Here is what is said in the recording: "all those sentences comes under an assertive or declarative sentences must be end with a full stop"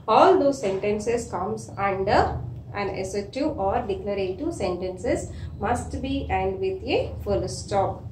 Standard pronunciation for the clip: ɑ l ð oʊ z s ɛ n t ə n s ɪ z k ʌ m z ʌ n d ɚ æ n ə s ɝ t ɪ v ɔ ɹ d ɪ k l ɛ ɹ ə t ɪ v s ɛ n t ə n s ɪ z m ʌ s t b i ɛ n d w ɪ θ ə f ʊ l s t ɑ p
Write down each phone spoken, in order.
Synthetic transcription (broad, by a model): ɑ l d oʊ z s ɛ n t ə n s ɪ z k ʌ m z ʌ n d ɚ æ n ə s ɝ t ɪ ɔ ɹ d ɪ k l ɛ ɹ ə t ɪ s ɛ n t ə n s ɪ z m ʌ s t b i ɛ n d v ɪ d ə f ʊ l s t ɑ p